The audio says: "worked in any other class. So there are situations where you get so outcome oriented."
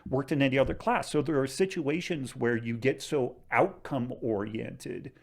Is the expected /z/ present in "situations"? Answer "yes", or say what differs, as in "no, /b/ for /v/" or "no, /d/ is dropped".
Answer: yes